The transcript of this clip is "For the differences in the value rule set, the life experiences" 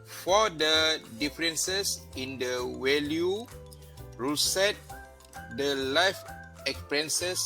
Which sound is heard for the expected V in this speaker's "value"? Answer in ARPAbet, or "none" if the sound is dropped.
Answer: W